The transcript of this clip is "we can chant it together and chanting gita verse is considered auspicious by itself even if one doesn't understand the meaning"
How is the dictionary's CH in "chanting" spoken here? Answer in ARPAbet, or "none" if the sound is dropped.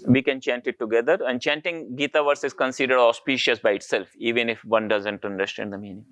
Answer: CH